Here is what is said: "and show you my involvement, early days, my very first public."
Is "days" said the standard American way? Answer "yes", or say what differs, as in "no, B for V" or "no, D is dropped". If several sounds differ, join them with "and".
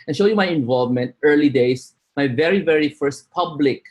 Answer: no, S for Z